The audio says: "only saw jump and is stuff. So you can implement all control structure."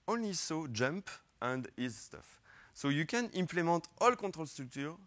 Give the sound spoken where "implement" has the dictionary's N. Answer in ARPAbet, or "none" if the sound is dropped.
none